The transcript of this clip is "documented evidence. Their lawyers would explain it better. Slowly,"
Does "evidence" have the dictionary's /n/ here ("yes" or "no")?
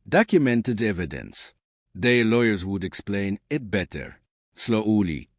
yes